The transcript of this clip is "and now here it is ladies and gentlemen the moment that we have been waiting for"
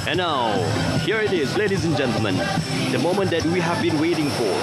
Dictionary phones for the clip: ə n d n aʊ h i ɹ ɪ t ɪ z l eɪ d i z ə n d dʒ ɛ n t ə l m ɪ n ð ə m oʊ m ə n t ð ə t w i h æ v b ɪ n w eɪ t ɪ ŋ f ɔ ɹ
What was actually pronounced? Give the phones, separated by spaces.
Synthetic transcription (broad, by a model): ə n n aʊ h i ɹ ɪ t ɪ z l eɪ d i z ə n dʒ ɛ n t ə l m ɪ n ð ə m oʊ m ə n t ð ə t w i h æ v b ɪ n w eɪ t ɪ ŋ f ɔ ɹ